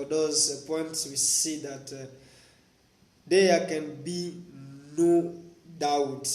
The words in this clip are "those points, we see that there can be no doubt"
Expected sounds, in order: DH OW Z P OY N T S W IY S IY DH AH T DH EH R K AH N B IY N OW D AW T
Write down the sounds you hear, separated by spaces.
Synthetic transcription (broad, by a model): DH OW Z P OY N T S W IY S IY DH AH T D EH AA K AH N B IY N OW D AW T